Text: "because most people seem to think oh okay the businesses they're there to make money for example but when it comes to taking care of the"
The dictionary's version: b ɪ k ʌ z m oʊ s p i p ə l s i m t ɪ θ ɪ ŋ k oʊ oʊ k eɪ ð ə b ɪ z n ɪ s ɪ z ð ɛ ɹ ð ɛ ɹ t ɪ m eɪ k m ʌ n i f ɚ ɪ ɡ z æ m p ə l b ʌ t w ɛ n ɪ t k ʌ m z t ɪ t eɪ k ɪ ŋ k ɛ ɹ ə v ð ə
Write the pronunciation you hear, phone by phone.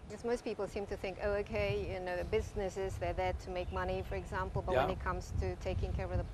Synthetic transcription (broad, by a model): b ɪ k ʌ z m oʊ s p i p l s i m t ɪ θ ɪ ŋ k oʊ oʊ k eɪ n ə b ɪ z n ɪ s ɪ z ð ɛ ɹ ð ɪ t ɪ m eɪ k m ʌ n i f ɚ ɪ ɡ z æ m p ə l b ʌ t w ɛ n ɪ t k ʌ m z t ɪ t eɪ k ɪ ŋ k ɛ ɹ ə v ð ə